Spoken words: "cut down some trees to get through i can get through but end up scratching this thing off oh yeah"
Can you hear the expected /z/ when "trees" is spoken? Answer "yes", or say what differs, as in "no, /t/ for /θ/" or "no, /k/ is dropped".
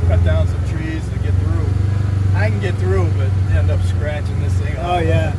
yes